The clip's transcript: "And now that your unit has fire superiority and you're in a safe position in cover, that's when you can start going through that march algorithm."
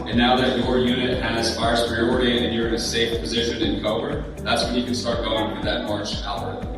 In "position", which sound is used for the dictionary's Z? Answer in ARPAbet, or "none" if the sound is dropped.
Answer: Z